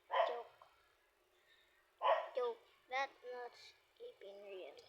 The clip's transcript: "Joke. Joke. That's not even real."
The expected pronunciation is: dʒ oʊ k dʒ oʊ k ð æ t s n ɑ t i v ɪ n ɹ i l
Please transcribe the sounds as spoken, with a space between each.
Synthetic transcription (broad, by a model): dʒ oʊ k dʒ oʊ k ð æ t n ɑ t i p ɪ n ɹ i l